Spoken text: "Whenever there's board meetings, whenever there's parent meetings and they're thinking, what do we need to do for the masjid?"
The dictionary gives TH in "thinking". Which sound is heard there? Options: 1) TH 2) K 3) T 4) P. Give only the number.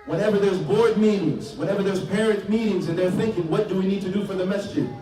1